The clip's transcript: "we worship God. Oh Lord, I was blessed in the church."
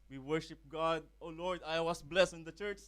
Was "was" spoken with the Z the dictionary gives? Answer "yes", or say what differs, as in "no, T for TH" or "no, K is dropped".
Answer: no, S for Z